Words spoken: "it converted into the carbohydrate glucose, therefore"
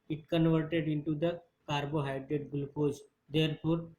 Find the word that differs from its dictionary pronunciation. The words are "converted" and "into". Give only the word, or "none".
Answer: none